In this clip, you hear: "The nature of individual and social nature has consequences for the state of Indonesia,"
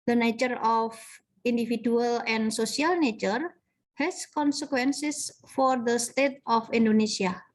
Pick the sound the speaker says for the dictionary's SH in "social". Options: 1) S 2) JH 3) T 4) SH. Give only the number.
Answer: 1